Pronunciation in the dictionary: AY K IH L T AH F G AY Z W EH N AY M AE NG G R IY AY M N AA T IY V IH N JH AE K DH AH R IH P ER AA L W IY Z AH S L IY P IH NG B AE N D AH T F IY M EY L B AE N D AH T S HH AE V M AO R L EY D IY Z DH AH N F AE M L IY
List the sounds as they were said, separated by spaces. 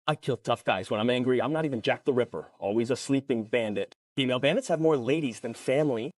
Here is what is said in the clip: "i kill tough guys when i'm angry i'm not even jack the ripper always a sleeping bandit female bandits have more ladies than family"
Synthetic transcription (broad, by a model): AY K IH L T AH F G AY Z W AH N AY M AE NG G R IY AY M N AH T IY V IH N JH AE K DH AH R IH P ER AA L W IY Z AH S L IY P IH NG B AE N D AH T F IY M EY L B AE N D AH T S HH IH V M AO R L EY D IY Z DH AH N F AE M L IY